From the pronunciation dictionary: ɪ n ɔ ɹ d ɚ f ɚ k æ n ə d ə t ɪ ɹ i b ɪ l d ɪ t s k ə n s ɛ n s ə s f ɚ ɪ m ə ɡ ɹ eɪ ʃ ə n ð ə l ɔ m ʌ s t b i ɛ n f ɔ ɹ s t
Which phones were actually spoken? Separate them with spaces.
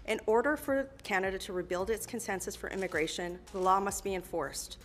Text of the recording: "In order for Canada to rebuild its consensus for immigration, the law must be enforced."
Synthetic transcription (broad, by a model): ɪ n ɔ ɹ d ɚ f ɚ k æ n ə d ə t ɪ ɹ i b ɪ l d ɪ t s k ə n s ɛ n s ə s f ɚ ɪ m ə ɡ ɹ eɪ ʃ ə n ð ə l ɔ m ʌ s t b i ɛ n f ɔ ɹ s t